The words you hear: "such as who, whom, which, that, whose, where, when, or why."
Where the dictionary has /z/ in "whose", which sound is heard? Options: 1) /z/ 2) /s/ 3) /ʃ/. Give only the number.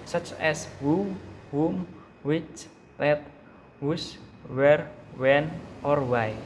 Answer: 2